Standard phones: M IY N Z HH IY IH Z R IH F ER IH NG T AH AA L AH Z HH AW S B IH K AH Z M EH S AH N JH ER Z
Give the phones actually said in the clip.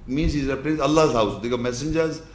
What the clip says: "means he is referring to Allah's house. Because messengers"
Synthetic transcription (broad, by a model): M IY N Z HH IY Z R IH P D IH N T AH L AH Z HH AW S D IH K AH M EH S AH N JH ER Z